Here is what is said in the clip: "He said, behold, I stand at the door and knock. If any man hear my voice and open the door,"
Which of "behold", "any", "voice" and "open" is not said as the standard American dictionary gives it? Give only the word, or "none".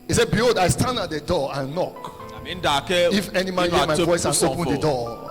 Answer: behold